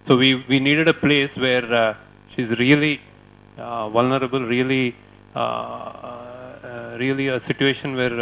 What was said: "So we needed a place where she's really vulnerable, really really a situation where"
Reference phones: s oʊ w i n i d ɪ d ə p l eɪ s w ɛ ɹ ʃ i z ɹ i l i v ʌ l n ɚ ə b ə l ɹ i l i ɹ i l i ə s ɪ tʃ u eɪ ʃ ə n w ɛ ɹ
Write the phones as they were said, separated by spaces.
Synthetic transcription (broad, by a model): s oʊ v i n i d ɪ d ə p l eɪ s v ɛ ɹ ʃ i z ɹ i l i v ʌ l n ɚ ə b ə l ɹ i l i ɹ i l i ə s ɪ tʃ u eɪ ʃ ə n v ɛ ɹ